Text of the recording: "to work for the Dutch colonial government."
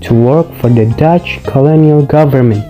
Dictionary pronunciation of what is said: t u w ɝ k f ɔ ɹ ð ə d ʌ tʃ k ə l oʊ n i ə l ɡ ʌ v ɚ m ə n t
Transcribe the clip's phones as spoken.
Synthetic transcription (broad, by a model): t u w ɝ k f ɔ ɹ ð ə d ʌ tʃ k ə l oʊ n i ə l ɡ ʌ v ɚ m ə n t